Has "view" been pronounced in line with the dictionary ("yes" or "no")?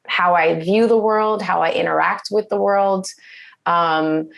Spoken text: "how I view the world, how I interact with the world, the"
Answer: yes